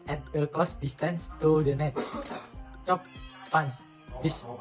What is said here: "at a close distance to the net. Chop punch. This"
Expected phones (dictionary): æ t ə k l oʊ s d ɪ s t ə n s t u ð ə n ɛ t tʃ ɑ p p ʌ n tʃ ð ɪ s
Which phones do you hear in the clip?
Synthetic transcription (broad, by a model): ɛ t ə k oʊ s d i s t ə n s t u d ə n ɛ t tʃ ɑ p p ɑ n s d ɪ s